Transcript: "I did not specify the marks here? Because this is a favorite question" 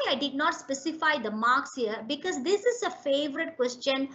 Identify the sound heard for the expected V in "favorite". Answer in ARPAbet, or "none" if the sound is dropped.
V